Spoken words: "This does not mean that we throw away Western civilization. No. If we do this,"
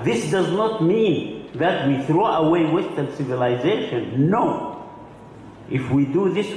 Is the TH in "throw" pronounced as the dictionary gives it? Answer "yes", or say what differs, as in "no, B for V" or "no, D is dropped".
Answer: yes